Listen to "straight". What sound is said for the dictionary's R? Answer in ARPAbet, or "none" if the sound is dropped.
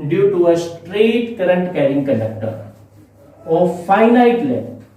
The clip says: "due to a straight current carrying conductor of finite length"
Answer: R